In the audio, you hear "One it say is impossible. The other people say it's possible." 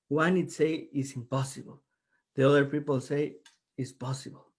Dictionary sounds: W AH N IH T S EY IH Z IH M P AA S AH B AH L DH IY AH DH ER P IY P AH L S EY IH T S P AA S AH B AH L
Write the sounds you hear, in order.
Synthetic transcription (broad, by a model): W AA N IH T S EY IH S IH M P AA S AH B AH L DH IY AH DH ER P IY P AH L S EY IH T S P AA S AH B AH L